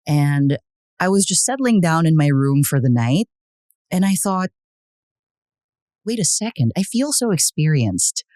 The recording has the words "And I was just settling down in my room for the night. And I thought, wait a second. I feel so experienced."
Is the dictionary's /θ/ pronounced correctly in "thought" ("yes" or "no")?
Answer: yes